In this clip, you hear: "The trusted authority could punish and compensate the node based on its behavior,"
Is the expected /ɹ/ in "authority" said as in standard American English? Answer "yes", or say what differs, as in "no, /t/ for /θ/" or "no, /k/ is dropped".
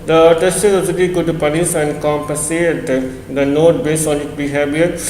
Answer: no, /l/ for /ɹ/